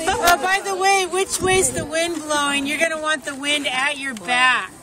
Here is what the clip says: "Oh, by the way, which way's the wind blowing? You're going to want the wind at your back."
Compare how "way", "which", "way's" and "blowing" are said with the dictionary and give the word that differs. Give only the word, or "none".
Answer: none